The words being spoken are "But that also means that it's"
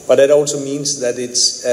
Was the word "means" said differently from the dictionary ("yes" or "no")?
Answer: no